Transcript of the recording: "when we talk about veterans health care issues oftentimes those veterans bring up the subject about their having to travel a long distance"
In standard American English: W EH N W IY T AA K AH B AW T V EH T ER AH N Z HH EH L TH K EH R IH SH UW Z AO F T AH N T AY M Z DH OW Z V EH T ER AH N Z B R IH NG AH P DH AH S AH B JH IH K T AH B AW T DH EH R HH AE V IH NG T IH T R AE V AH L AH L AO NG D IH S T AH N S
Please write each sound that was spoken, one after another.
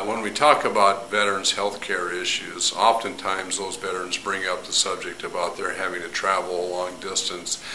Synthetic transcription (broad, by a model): W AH N W IY T AA K AH B AW T V EH T ER AH N Z HH EH L TH K EH R IH SH UW Z AO F T AH N T AY M Z DH OW Z V EH T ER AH N Z B R IH NG AH P DH AH S AH B JH IH K T AH B AW T DH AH R HH AE V IH NG T IH T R AE V L AH L AO NG D IH S T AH N S